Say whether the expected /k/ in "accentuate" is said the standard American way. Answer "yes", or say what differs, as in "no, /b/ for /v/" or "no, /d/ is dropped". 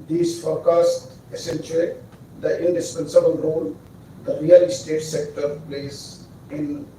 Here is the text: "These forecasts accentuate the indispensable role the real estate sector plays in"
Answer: no, /k/ is dropped